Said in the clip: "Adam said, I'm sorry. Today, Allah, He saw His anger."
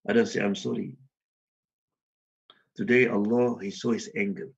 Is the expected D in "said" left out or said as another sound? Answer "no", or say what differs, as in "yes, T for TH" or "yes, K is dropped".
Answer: yes, D is dropped